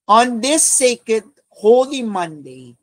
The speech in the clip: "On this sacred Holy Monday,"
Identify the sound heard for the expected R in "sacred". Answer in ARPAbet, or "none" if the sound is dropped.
none